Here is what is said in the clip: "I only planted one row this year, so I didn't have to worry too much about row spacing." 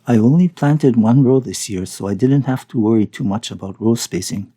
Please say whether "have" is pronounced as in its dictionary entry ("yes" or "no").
no